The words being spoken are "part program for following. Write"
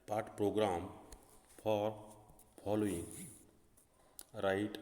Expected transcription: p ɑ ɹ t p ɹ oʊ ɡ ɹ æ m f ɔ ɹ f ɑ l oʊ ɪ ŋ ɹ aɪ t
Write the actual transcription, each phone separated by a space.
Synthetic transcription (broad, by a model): p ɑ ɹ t p ɹ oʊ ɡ ɹ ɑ m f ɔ ɹ p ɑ l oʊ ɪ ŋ ɹ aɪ t